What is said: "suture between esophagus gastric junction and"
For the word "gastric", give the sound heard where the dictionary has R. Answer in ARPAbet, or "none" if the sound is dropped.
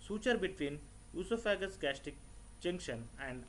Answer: none